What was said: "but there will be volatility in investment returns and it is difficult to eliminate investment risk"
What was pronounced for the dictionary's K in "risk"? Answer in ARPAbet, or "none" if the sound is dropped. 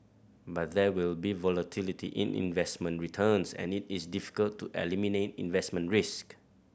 K